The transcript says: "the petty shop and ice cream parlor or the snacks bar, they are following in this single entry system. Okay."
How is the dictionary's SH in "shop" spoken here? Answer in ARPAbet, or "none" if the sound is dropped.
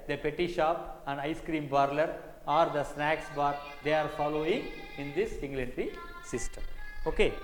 SH